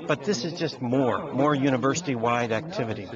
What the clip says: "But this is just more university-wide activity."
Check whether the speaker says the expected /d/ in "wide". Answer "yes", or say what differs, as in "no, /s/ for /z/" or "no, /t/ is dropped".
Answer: yes